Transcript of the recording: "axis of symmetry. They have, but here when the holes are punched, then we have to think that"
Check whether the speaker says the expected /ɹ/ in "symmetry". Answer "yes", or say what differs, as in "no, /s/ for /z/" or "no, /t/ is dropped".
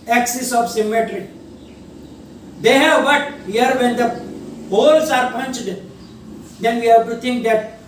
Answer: yes